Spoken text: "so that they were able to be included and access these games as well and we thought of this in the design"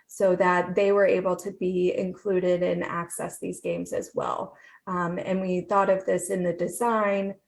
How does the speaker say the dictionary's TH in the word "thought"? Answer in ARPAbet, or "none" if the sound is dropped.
TH